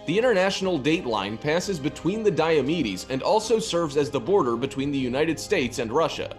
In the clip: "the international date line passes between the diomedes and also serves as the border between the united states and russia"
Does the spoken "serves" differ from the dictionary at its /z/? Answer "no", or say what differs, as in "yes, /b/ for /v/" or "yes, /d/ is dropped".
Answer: no